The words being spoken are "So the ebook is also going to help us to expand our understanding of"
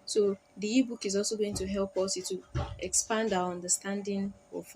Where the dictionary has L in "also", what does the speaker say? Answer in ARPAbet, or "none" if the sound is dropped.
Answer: L